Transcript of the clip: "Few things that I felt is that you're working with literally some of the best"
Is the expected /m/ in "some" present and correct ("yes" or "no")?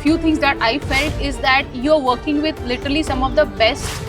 yes